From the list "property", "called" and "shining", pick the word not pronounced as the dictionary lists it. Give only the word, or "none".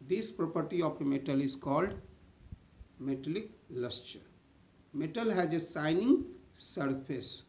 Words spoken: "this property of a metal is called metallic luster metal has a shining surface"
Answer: shining